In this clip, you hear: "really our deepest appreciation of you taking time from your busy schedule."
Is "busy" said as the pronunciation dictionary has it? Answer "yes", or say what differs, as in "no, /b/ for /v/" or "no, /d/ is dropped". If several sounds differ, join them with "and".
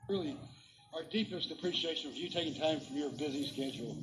yes